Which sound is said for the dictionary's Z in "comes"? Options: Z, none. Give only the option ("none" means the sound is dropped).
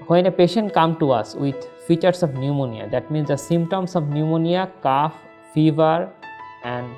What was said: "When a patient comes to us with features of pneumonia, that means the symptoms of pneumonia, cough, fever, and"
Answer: none